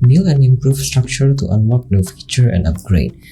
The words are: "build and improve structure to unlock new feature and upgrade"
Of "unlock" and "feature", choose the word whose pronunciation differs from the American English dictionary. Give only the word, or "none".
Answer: unlock